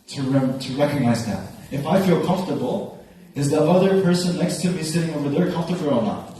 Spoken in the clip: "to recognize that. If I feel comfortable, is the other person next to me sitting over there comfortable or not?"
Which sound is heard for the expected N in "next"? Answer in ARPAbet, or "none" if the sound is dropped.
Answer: L